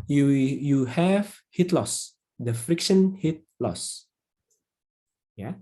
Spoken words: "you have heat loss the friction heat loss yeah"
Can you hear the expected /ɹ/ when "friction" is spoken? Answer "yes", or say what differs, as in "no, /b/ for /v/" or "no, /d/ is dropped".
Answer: yes